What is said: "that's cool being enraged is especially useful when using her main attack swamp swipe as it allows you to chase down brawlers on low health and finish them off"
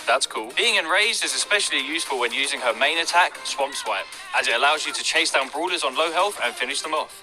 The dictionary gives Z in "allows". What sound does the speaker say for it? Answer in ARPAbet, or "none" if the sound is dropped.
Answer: Z